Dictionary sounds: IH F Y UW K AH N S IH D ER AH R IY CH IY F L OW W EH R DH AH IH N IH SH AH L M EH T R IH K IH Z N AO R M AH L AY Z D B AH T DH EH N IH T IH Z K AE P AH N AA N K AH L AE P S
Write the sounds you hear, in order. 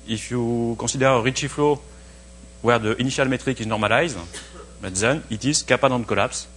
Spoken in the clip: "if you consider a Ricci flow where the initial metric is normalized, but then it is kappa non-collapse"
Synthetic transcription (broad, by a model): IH F Y UW K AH S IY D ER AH R IY CH IY F L OW W EH R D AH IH N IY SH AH L M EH T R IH K IH Z N AO R M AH L AY Z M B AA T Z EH N IH T IH Z K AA P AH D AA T K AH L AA P S